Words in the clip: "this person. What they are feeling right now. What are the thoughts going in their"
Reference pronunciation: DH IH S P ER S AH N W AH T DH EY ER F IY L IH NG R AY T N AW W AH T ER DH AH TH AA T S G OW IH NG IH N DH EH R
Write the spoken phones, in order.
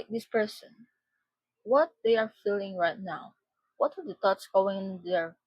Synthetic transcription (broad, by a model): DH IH S P ER S AH N W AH T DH EY ER F IY L IH NG R AY T N AW W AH T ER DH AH T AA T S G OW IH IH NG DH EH R